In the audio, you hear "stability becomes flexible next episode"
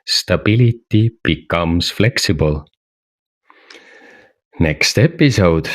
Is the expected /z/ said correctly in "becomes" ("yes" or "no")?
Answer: no